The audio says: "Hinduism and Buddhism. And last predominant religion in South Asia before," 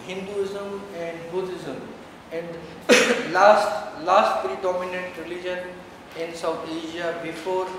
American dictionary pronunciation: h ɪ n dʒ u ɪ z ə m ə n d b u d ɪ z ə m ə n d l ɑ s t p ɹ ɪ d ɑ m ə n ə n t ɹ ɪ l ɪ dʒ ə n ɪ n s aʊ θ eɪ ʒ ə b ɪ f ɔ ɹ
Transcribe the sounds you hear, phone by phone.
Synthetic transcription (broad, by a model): h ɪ n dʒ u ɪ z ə m ə n d b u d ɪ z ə m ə n d l ɑ s t p ɹ ɪ d ɑ m ə n ə n t ɹ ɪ l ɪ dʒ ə n ɪ n s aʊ t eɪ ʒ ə b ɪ f ɔ ɹ